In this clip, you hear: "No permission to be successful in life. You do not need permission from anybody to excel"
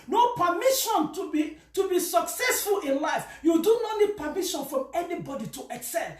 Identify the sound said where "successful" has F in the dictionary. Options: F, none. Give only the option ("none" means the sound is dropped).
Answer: F